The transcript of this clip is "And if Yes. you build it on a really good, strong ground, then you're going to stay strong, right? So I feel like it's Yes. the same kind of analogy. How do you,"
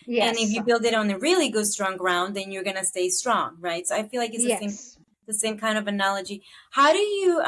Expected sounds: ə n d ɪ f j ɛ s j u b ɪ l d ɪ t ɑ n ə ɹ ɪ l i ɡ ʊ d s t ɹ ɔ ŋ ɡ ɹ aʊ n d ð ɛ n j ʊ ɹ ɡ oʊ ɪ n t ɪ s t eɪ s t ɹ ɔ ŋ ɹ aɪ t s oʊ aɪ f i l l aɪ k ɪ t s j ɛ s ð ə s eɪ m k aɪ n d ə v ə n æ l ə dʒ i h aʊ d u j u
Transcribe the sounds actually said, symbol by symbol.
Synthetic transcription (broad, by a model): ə n ɪ f j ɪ b ɪ l d ɪ t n ə ɹ ɪ l i ɡ ʊ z s t ɹ ɔ ŋ ɡ ɹ aʊ n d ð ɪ n j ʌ ɹ ɡ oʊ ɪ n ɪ s t eɪ s t ɹ ɔ ŋ ɹ aɪ t s oʊ aɪ f i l l aɪ k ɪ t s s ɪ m ð ə s eɪ m k aɪ n d ə v ə n æ l ə dʒ i h aʊ d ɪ j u